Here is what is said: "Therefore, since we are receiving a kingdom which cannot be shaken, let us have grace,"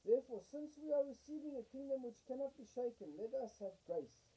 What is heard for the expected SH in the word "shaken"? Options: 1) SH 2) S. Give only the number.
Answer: 1